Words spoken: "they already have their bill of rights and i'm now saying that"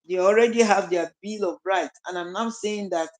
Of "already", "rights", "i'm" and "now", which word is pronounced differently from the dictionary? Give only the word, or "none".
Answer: rights